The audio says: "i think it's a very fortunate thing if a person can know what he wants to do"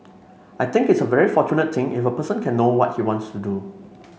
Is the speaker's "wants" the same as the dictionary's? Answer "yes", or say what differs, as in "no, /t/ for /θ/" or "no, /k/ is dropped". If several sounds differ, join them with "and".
yes